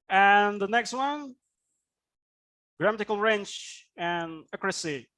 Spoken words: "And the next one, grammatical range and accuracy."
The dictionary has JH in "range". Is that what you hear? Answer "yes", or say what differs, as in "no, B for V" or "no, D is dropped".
no, CH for JH